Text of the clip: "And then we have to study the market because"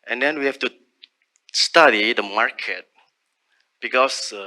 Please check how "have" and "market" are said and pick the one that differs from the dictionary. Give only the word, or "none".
have